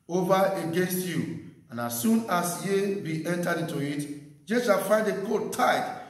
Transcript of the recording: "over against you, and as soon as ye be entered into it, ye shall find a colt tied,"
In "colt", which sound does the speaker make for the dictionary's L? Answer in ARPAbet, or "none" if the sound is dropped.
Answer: none